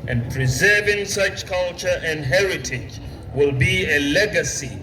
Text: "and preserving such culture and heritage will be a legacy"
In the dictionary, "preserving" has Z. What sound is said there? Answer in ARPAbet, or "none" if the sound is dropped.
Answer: Z